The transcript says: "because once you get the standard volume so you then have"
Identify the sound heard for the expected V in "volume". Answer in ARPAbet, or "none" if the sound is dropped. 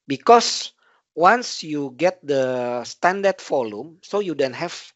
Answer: F